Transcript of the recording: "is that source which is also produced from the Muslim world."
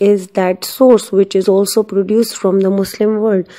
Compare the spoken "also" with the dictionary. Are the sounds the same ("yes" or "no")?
yes